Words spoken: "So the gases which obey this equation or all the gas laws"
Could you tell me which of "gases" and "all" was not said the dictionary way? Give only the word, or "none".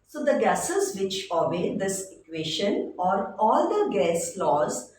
none